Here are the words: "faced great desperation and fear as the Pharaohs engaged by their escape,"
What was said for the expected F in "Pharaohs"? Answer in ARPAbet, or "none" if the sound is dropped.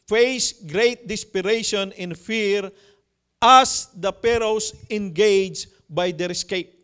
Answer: P